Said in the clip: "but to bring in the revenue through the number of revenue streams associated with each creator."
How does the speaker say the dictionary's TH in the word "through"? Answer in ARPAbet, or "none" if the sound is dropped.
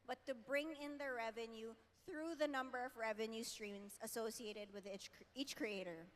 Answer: TH